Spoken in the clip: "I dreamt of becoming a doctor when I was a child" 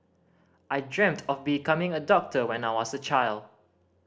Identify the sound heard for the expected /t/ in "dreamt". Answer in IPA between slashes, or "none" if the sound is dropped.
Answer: /t/